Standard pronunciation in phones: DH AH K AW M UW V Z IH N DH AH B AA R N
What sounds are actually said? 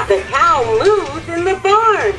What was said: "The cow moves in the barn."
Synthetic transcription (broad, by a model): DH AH K AW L UW Z IH N DH AH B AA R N